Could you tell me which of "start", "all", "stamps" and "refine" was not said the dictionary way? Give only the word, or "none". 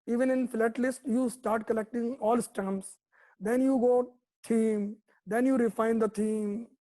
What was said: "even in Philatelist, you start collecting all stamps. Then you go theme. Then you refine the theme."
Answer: stamps